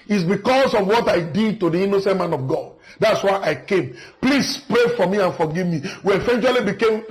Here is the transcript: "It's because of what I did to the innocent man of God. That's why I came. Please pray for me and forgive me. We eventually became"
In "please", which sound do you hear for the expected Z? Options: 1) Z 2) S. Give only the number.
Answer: 2